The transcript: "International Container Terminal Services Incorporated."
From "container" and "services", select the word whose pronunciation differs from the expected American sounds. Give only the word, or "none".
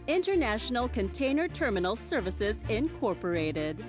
none